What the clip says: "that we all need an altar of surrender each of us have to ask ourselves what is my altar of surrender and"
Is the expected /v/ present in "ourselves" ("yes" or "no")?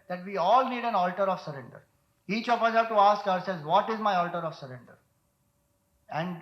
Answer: no